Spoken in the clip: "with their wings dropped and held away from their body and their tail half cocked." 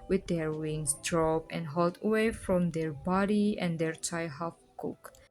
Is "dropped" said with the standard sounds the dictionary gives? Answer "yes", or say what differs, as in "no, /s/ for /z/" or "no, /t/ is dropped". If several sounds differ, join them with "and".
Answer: no, /t/ is dropped